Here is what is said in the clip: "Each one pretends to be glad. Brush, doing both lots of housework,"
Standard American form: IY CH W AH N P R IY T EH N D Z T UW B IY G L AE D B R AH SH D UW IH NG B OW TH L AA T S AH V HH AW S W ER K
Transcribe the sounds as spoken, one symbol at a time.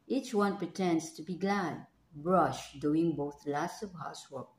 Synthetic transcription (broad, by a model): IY CH W AH N P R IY T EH N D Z T UW B IY G L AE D B R AH SH D UW IH NG B OW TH L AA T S AH V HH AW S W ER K